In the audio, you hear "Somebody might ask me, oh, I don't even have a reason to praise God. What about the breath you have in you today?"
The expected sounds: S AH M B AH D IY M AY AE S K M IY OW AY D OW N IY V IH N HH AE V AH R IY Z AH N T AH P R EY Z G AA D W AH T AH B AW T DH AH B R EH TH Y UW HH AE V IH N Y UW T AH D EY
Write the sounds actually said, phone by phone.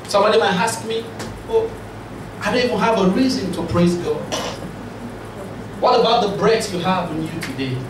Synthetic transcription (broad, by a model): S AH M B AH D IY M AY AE S K M IY OW AY D OW N IY V IH N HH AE V AH R IY Z AH N T AH P R EY Z G AA D W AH T AH B AW T DH AH B R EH S Y UW HH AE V IH N Y UW T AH D EY